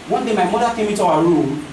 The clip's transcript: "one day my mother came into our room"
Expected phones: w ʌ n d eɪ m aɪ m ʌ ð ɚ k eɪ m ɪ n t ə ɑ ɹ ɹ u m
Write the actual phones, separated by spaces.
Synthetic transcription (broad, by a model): w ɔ n d eɪ m aɪ m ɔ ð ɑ k eɪ m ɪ t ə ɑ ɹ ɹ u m